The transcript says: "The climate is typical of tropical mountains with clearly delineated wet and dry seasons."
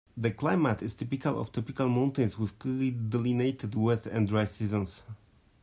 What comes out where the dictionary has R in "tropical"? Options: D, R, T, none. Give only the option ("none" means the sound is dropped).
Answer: none